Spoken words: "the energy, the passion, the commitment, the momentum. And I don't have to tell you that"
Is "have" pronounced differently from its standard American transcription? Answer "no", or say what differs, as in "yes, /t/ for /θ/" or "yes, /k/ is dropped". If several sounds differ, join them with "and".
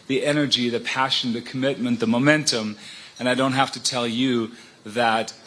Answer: yes, /f/ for /v/